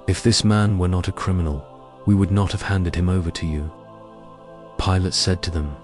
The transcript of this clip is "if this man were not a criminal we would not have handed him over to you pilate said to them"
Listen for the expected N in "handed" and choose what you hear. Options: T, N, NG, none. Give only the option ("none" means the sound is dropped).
N